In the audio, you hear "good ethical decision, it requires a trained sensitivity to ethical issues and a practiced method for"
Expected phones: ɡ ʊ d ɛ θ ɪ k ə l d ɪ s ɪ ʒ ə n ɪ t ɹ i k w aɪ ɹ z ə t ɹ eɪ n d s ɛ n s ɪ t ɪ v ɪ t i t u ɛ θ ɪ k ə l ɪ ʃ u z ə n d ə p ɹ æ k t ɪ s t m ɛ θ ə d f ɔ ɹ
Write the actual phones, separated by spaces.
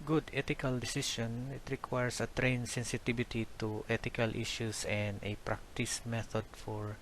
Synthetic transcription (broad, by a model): ɡ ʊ d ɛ t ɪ k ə l d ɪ s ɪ ʃ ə n ɪ t ɹ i k w aɪ ɹ s ə t ɹ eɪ n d s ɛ n s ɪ t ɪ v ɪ t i t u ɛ t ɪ k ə l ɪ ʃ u s ə n d ə p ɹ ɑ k t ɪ s m ɛ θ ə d f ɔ ɹ